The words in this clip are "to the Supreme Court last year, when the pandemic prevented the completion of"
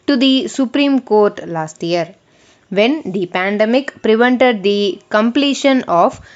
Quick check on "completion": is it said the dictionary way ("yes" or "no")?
yes